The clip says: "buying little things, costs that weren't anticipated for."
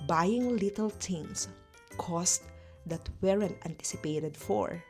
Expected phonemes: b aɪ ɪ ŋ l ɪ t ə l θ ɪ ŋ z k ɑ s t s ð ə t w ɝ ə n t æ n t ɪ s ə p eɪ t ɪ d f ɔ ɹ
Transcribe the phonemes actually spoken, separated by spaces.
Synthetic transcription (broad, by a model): b aɪ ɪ ŋ l ɪ t ə l t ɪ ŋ s k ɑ s t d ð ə t w ɝ ə n t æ n t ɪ s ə p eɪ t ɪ d f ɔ ɹ